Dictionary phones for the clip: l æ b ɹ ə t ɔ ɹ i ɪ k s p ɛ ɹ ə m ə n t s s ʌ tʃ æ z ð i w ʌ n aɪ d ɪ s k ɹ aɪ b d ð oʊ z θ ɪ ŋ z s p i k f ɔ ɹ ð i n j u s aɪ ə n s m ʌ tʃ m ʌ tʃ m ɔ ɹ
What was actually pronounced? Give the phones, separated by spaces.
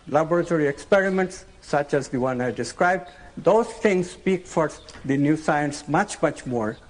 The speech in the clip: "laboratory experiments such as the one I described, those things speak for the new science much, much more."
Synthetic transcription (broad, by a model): l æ b ɹ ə t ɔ ɹ i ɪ k s p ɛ ɹ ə m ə n t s s ʌ tʃ æ z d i w ʌ n aɪ d ɪ s k ɹ aɪ b d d oʊ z t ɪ ŋ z s p i k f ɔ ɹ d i n j u s aɪ ə n s m ʌ tʃ m ʌ tʃ m ɔ ɹ